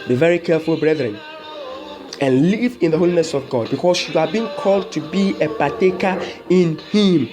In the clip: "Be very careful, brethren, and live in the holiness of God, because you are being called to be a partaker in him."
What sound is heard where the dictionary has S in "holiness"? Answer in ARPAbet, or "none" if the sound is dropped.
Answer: S